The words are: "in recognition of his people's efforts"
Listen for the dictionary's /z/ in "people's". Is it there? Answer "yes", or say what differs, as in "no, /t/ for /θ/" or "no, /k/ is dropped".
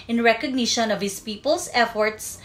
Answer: no, /s/ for /z/